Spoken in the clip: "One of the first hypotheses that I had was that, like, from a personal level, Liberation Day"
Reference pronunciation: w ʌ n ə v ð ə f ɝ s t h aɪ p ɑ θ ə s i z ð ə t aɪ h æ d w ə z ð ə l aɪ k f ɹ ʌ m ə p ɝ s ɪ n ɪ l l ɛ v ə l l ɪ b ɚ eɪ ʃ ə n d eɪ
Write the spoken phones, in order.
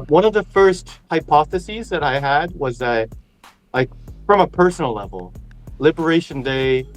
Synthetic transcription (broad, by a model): w ʌ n ə v ð ə f ɝ s t h aɪ p ɑ θ ə s i z ð ə t aɪ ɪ d w ə z ð ə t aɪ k f ɹ ʌ m ə p ɝ s n l l ɛ v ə l l ɪ b ɚ eɪ ʃ ə n d eɪ